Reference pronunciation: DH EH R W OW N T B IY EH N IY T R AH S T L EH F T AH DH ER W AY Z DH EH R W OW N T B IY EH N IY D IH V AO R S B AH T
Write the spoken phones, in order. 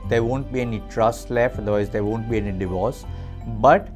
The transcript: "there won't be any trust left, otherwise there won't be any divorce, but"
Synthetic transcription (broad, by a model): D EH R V OW N T B IY EH N IY T R AH S T L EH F AH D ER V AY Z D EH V OW N T B IY EH N IY D IH V AO R S B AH T